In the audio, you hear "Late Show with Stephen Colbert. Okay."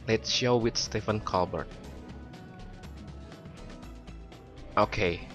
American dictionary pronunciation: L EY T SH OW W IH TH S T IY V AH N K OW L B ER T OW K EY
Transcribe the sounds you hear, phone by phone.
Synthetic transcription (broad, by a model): L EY T SH OW W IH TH S T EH F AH N K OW L B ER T OW K EY